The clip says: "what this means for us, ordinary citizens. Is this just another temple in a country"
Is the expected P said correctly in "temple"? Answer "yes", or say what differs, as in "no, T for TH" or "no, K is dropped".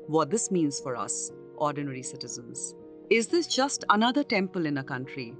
yes